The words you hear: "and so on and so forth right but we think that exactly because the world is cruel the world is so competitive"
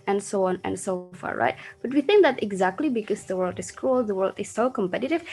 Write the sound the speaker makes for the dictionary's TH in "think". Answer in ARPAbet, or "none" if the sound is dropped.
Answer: TH